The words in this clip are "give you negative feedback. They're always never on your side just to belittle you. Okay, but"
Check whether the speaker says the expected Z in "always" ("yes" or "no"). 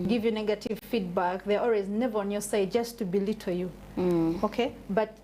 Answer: yes